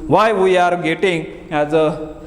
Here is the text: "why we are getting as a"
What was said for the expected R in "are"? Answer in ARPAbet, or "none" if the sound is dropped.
R